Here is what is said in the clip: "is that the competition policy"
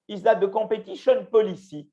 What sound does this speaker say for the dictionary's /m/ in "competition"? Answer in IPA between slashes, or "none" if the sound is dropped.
none